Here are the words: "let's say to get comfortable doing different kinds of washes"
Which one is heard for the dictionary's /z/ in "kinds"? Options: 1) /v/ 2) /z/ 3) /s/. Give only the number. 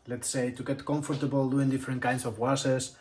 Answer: 3